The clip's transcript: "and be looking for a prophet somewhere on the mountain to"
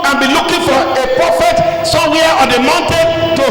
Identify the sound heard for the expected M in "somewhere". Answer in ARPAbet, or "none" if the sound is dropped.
none